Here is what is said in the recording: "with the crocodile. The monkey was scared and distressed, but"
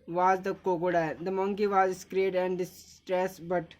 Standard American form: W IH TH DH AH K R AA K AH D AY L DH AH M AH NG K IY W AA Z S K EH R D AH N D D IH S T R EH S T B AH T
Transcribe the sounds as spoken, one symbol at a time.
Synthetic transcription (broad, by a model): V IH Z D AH K AO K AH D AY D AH M AH NG K IY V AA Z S K R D AH N D D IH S T R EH S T B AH T